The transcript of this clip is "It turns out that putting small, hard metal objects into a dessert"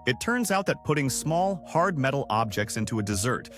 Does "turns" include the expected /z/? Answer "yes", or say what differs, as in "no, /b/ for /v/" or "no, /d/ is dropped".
yes